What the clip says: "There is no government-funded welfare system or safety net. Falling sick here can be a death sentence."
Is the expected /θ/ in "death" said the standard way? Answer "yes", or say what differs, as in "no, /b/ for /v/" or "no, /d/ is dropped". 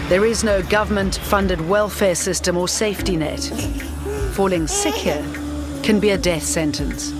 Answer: yes